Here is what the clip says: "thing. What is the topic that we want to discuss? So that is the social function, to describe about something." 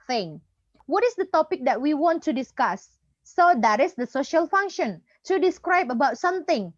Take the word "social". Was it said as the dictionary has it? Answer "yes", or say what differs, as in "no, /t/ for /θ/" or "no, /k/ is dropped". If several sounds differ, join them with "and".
yes